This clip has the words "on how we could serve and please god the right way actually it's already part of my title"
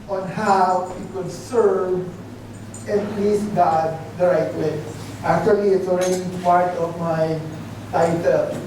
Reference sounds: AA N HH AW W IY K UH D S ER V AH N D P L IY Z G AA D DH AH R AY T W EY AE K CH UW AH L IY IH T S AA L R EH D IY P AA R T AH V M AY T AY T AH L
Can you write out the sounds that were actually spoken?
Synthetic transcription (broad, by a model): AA N HH AW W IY K UH D S ER V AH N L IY S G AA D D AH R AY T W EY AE K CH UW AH L IY IH T S AA L R EH D IY P AA R T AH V M AY T AY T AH L